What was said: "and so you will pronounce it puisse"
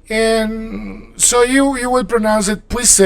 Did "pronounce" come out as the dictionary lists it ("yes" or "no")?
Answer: yes